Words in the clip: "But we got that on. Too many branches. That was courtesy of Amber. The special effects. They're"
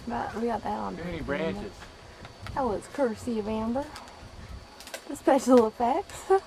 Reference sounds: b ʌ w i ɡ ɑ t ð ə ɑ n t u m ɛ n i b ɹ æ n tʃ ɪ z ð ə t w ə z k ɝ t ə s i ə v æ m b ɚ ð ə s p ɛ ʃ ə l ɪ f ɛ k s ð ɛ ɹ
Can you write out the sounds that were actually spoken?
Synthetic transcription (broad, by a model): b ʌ w i ɡ ɑ t ð ə t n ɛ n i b ɹ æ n ɪ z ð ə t w ə z k ɝ s i ə v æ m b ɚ ð ə s p ɛ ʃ l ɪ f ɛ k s